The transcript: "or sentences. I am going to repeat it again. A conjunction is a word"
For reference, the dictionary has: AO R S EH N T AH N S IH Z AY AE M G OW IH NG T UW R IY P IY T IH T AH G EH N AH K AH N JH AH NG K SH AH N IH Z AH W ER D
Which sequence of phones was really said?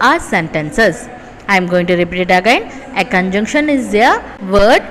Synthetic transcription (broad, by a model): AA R S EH N T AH N S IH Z AY M G OW IH NG T UW R IY P IY T IH T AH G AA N AH K AH N JH AH NG K SH AH N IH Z AH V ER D